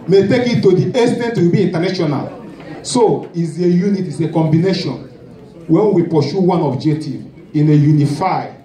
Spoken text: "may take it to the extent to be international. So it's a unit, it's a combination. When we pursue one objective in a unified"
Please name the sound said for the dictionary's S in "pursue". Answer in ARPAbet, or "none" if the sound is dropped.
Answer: SH